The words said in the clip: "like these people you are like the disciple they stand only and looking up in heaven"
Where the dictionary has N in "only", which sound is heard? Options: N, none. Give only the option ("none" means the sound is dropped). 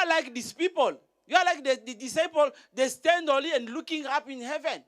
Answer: none